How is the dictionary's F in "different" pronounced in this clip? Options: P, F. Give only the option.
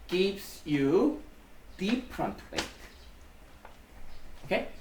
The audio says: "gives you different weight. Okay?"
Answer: P